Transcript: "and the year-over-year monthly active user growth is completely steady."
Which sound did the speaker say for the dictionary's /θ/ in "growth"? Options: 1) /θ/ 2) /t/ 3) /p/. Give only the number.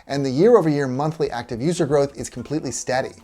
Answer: 1